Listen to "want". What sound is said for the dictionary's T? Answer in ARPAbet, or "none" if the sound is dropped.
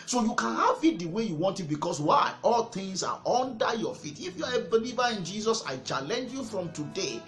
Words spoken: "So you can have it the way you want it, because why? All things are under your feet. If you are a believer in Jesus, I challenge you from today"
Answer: T